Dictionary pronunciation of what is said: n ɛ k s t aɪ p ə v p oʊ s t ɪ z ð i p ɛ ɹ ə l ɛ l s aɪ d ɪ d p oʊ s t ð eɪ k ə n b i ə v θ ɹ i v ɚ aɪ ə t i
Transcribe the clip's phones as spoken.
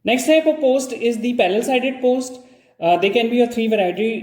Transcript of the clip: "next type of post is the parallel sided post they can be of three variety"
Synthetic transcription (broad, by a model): n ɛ k s t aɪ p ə p oʊ s t ɪ z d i p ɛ l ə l l s aɪ d ɪ d p oʊ s t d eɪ k ə n b i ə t ɹ i v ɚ aɪ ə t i